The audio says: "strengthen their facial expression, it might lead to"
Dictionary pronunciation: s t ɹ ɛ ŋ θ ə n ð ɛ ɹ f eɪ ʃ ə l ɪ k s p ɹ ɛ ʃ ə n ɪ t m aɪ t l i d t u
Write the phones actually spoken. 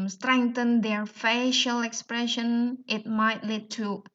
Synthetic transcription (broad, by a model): s t ɹ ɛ ŋ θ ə n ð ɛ ɹ f eɪ ʃ ə l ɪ k s p ɹ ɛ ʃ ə n ɪ t m aɪ t l i d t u